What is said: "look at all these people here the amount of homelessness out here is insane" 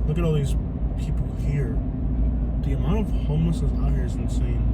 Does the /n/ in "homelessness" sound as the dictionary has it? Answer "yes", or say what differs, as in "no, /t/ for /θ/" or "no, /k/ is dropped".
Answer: no, /n/ is dropped